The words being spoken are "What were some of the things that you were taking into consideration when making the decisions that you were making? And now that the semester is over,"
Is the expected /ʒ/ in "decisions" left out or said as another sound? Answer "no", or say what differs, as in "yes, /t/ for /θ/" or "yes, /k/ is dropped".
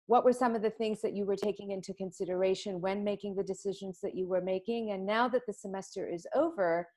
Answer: no